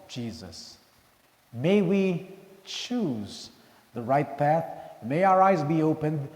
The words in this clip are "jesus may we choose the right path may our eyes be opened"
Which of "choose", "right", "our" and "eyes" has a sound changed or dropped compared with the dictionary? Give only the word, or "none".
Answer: none